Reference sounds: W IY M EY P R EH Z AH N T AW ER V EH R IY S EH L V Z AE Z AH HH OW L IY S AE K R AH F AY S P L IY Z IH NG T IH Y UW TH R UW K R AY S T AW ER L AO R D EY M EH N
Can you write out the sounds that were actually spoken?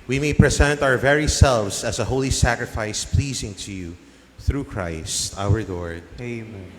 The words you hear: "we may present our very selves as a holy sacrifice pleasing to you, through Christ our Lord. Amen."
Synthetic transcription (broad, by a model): W IY M EY P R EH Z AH N T AW ER V EH R IY S EH L V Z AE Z AH HH OW L IY S AE K R AH F AY S P L IY Z IH NG T IH Y UW TH R UW K R AY S T AW ER L AO R D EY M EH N